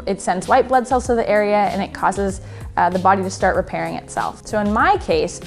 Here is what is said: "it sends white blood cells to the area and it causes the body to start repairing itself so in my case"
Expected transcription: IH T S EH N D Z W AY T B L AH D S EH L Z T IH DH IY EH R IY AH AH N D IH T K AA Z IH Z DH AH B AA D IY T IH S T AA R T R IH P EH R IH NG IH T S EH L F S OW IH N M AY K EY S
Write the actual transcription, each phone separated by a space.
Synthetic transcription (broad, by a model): IH T S EH N D Z W AY T B L AH D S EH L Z T IH DH IY EH R IY AH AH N IH T K AA Z IH Z DH AH B AA D IY T IH S T AA R T R IH P EH R IH NG IH T S EH L F S OW IH N M AY K EY S